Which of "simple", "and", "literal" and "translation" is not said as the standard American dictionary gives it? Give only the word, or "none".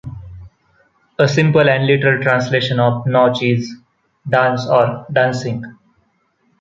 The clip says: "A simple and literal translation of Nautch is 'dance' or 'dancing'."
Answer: none